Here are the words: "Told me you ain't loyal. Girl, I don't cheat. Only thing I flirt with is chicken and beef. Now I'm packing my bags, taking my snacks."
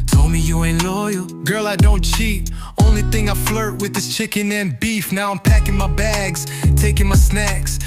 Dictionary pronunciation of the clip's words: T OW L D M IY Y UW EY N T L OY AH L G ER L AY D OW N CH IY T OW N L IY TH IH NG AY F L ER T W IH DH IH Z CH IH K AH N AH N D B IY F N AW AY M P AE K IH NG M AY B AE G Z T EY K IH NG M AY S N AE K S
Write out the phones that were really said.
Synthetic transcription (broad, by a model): T OW L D M IY Y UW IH N L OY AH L G ER L AY D OW N CH IY T OW N L IY TH IH NG AY F L ER T W IH DH IH S CH IH K AH N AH N B IY F N AW AY M P AE K IH NG M AY B AE G Z T EY K IH NG M AY S N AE K S